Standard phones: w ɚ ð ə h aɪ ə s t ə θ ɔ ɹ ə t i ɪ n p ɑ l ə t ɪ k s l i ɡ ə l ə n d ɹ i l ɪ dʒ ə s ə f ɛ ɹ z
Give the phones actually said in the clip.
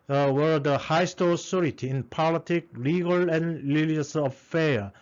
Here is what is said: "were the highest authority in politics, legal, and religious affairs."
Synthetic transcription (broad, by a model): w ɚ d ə h aɪ s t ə s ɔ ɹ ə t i ɪ n p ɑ l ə t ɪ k l i ɡ ə l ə n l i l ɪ ə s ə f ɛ